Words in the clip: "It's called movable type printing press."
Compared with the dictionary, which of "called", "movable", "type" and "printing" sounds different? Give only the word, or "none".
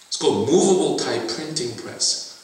none